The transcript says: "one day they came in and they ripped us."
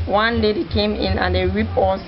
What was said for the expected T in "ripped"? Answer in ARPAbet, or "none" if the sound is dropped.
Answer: none